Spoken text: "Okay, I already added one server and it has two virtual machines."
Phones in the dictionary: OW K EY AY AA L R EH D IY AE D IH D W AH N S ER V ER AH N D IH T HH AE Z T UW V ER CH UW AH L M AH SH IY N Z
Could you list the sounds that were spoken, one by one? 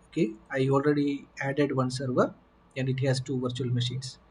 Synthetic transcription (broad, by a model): OW K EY AY AA L R EH D IY AE D IH D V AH N S ER V ER AH N D IH T HH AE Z T UW V ER CH UW AH L M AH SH IY N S